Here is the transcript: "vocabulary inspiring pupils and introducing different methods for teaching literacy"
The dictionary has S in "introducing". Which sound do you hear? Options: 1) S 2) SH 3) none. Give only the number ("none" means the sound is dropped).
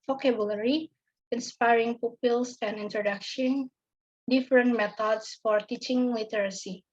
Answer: 2